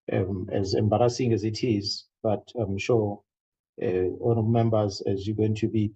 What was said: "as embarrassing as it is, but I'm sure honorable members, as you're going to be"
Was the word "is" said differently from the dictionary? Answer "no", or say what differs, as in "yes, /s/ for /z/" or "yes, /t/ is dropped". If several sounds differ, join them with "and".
no